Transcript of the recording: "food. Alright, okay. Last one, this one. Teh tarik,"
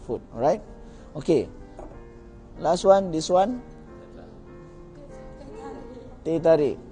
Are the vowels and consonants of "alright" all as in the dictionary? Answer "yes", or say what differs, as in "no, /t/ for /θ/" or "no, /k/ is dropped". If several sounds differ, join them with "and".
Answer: no, /l/ is dropped